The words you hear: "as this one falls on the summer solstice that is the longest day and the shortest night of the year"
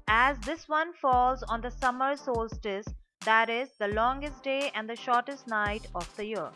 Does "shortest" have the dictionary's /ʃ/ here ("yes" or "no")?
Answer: yes